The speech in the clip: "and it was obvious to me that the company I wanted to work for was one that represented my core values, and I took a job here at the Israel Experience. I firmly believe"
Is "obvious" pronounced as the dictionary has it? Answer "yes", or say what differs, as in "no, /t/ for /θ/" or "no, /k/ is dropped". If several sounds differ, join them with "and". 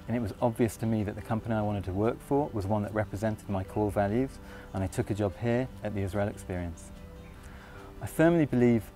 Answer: yes